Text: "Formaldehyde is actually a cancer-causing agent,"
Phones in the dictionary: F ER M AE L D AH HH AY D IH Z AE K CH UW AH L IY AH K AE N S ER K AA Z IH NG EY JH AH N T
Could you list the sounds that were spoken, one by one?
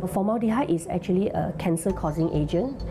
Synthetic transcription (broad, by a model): F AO M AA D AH HH AY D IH S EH K CH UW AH L IY AH K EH N S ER K AA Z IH NG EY JH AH N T